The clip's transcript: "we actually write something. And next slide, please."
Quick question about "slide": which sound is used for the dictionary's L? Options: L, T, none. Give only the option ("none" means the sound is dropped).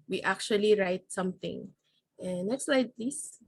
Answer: L